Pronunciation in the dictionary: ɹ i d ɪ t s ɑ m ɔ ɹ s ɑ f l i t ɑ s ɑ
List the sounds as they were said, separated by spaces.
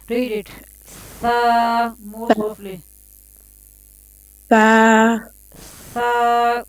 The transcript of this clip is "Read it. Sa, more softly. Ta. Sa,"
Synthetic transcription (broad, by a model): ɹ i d ɪ t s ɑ m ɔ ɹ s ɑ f l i s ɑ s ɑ